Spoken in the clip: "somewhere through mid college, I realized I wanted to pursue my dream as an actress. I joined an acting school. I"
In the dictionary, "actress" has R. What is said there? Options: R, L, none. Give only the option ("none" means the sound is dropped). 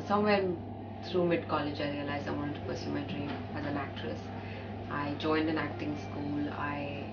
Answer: R